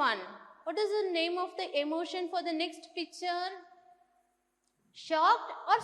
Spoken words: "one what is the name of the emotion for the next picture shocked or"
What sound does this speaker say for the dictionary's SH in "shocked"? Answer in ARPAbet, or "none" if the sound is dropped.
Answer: SH